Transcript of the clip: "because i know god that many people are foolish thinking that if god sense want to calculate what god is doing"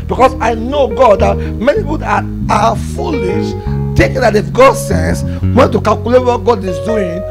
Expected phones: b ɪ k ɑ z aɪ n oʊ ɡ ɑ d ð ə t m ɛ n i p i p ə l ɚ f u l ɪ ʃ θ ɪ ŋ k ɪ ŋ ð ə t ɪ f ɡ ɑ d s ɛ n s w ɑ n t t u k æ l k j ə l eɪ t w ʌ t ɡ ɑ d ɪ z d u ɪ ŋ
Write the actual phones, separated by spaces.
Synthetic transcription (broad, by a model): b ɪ k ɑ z aɪ n oʊ ɡ ɑ d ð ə t m ɛ n i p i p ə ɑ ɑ f u l ɪ ʃ t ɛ k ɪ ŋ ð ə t ɪ f ɡ ɑ d s ɛ n s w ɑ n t t u k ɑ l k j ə l eɪ t w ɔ t ɡ ɑ d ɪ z d u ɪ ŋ